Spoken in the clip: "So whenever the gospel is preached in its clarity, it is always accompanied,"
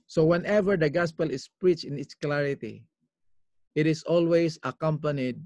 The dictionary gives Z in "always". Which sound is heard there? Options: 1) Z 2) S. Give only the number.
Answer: 2